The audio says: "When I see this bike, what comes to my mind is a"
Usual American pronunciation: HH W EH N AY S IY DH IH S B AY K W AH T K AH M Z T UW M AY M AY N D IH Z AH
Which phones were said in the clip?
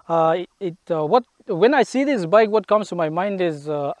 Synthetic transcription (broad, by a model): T W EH N AY S IY DH IH S B AY K W AH T K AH M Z T UW M AY M AY N D IH Z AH